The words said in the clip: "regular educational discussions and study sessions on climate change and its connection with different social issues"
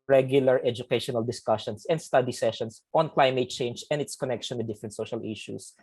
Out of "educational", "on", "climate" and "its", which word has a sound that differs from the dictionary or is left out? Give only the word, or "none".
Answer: none